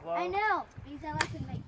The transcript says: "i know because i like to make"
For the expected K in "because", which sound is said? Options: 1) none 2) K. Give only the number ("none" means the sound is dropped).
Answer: 1